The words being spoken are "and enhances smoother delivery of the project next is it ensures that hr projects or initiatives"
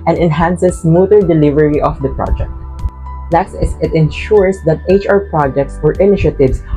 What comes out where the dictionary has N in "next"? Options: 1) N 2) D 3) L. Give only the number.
3